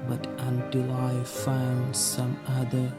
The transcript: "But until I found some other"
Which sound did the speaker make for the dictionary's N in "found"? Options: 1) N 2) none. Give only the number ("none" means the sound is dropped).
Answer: 1